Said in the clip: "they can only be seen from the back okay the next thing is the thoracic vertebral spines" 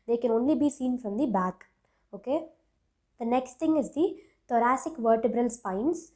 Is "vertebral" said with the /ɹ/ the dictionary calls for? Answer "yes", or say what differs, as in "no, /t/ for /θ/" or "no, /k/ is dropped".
yes